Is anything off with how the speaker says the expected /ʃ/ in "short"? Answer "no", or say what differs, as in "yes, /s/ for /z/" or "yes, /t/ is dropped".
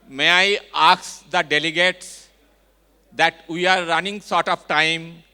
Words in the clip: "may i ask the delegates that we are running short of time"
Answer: yes, /s/ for /ʃ/